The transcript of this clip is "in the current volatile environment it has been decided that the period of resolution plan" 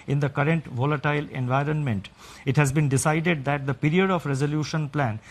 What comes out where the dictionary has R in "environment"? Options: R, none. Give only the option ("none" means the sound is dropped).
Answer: R